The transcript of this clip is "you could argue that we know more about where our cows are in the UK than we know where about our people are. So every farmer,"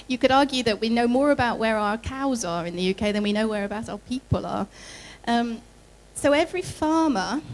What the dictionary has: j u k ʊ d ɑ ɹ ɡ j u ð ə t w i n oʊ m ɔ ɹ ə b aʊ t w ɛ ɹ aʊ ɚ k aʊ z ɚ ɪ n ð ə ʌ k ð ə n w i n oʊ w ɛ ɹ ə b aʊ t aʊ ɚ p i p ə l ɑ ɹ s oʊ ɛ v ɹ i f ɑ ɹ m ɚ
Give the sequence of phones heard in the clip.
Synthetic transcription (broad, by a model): j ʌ k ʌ d ɑ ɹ ɡ j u ð ə t w i n oʊ m ɔ ɹ ə b aʊ t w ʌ ɹ aʊ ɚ k aʊ z ɚ ɪ n ð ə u k ð ə n w i n oʊ w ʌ ɹ ə b aʊ t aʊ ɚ p i p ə l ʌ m s oʊ ɛ v ɹ i f ɑ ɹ m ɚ